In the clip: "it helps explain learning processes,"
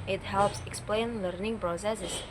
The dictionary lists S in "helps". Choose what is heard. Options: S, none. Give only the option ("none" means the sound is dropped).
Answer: S